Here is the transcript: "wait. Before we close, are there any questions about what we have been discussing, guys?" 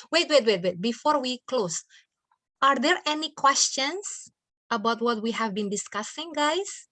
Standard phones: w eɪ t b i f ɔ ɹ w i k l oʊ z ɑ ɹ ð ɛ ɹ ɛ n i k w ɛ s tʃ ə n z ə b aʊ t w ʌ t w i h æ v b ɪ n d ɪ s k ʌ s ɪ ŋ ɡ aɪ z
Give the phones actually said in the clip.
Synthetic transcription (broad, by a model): w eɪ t b i f ɔ ɹ w i k l oʊ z ɑ ɹ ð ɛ ɹ ɛ n i k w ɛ s tʃ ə n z ə b aʊ t w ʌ t w i h æ v b ɪ n d ɪ s k ʌ s ɪ ŋ ɡ aɪ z